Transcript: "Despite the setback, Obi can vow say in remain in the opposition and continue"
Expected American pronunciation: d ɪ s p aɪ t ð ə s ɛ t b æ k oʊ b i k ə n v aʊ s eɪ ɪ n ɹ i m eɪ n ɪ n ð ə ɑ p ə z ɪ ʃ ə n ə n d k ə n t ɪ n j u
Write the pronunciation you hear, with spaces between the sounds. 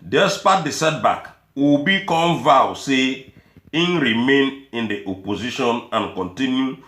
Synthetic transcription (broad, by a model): d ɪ s p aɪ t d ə s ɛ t b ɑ k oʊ b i k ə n v aʊ s eɪ ɪ n ɹ i m eɪ n ɪ n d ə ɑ p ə z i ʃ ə n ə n k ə n t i n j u